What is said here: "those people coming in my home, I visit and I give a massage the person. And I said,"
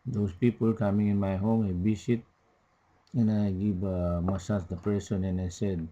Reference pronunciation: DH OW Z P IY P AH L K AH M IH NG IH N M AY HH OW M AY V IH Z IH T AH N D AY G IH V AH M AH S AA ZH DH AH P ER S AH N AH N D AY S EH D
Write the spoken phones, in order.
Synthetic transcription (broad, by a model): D OW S P IY P AH L K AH M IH NG IH N M AY HH OW M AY B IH S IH T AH N AY G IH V AH M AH S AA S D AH P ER S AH N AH N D AY S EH D